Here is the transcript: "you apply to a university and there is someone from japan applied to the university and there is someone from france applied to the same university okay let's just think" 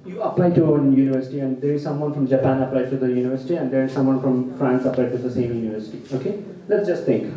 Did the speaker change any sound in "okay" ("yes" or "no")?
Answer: no